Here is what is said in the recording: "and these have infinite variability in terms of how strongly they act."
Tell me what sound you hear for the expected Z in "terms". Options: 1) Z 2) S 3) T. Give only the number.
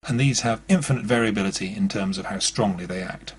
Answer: 1